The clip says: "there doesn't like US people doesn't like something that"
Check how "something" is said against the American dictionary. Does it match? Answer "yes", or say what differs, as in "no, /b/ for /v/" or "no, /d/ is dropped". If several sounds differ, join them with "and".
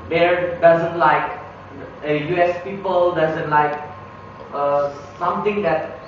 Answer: no, /t/ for /θ/